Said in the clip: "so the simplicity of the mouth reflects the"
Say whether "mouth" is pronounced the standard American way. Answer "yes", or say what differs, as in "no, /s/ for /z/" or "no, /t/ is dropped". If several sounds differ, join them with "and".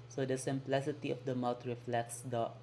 no, /t/ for /θ/